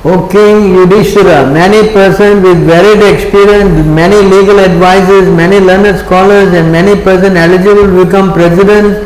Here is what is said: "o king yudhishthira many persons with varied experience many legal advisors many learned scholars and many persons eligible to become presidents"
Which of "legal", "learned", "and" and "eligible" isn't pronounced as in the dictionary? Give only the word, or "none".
none